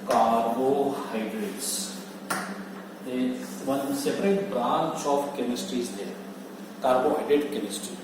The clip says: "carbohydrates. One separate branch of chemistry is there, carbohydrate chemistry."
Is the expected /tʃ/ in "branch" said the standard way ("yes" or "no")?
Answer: no